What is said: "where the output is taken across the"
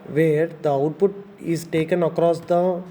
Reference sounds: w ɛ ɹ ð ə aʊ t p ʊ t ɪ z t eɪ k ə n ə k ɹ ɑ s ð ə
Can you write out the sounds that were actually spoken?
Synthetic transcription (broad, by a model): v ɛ ɹ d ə aʊ t p ʊ t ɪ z t eɪ k ə n ə k ɹ ɑ s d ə